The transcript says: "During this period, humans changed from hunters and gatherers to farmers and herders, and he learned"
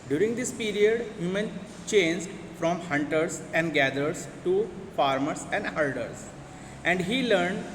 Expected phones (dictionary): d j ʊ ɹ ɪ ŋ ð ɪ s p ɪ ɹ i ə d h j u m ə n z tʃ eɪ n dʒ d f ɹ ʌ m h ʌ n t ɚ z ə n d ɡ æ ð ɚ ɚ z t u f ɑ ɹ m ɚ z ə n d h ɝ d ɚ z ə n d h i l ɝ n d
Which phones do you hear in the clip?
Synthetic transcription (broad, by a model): d j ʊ ɹ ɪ ŋ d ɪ s p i ɹ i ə d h j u m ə n tʃ eɪ n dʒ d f ɹ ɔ m h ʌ n t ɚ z ə n d ɡ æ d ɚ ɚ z t u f ɑ ɹ m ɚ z ə n d h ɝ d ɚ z ə n d h i l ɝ n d